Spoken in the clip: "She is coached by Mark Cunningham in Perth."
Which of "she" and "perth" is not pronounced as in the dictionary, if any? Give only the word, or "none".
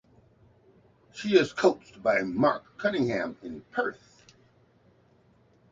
none